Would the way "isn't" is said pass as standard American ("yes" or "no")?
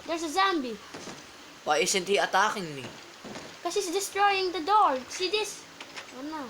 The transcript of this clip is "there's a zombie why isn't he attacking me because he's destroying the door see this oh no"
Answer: no